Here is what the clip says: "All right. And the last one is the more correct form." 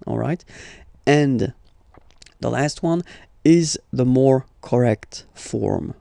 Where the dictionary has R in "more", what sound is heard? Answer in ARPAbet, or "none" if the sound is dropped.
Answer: R